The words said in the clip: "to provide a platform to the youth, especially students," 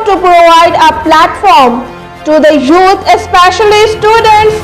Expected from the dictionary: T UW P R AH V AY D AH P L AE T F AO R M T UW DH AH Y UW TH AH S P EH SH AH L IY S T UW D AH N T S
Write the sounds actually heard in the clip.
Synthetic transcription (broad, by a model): T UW P R AH V AY D AH P L AE T F AO R M T UW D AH Y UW T AH S P EH SH AH L IY S T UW D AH N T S